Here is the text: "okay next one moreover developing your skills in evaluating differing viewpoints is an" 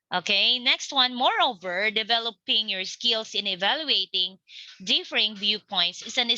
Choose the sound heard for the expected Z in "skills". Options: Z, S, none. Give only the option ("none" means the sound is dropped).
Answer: S